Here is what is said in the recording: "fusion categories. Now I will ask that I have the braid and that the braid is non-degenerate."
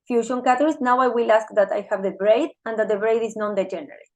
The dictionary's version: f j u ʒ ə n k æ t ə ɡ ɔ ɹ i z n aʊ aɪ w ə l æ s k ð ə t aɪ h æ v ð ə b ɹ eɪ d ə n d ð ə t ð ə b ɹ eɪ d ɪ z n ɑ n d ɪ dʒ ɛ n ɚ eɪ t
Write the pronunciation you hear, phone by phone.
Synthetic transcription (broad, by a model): f j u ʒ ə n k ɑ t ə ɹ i s n aʊ aɪ w ə l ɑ s k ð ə t aɪ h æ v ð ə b ɹ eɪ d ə n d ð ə t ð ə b ɹ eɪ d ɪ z n ɑ n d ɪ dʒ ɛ n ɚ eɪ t